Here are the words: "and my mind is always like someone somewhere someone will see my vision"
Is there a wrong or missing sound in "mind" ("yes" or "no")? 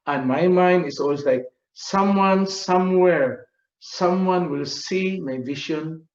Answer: no